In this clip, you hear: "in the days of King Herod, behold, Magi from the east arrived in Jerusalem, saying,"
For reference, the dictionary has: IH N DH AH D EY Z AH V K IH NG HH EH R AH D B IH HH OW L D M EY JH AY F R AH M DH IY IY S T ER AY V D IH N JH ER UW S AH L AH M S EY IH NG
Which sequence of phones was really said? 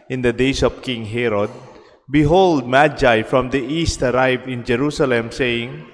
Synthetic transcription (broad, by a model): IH N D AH D EY S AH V K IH NG HH EH R AH D B IH HH OW L D M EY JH AY F R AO M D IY IY S T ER AY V IH N JH ER UW S AH L AH M S EY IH NG